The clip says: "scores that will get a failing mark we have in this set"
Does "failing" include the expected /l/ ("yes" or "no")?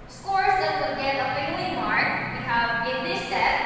no